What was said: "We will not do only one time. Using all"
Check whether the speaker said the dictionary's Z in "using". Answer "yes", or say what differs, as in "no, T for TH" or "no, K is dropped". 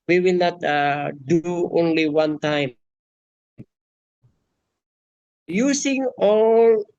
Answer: no, S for Z